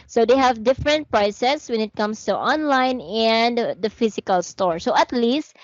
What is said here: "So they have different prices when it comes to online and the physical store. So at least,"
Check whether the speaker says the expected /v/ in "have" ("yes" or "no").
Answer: yes